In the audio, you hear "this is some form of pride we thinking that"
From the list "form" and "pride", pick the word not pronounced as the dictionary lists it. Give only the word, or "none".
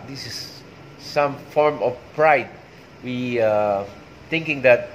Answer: none